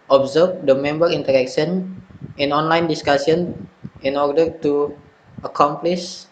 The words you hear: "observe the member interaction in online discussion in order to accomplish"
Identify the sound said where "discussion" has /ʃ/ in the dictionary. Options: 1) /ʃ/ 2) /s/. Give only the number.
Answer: 2